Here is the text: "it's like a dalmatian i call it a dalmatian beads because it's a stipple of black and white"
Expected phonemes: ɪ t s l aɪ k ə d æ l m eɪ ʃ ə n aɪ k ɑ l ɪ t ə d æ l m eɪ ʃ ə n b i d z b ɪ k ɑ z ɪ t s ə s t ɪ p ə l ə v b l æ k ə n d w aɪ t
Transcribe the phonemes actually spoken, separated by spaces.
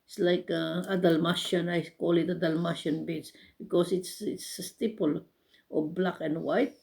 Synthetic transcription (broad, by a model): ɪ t s l aɪ k ə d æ l m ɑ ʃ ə n aɪ k ɑ l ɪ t ə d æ l m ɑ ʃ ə n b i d s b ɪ k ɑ s ɪ t s ə s t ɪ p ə l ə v b l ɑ k ə n d w aɪ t